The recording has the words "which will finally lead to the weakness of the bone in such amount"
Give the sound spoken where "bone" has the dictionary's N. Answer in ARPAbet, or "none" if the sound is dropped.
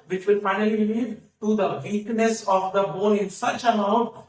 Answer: L